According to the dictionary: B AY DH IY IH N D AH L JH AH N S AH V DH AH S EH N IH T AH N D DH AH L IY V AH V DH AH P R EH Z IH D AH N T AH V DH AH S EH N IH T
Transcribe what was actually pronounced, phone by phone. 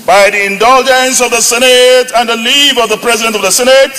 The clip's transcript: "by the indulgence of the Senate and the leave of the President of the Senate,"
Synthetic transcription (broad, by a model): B AY DH IY IH N D AH L JH AH N S AH V DH AH S EH N IH T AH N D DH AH L IY V AH V DH AH P R EH Z IH D AH N T AH V DH AH S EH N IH T